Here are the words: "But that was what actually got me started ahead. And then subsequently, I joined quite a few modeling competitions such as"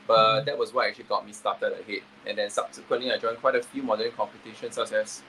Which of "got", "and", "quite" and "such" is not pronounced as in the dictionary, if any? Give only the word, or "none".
such